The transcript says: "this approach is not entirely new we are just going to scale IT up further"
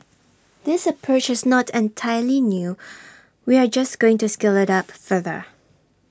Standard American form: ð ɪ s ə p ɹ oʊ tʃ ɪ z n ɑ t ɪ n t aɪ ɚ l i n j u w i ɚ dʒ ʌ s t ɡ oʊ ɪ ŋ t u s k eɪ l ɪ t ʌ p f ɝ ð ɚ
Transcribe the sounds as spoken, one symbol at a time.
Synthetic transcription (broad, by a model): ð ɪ s ə p ɹ oʊ tʃ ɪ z n ɑ t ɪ n t aɪ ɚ l i n j u w i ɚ dʒ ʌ s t ɡ oʊ ɪ ŋ t u s k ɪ l ɪ t ʌ p f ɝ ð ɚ